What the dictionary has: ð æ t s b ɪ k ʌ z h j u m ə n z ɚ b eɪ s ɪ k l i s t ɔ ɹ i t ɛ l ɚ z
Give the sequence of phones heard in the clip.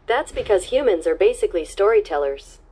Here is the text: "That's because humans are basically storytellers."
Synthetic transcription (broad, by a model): ð æ t s b ɪ k ʌ z h j u m ə n z ɚ b eɪ s ɪ k l i s t ɔ ɹ i t ɛ l ɚ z